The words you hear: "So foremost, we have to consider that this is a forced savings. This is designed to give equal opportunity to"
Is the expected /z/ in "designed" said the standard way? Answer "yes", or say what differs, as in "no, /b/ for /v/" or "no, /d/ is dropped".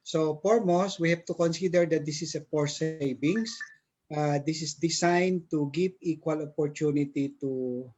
no, /s/ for /z/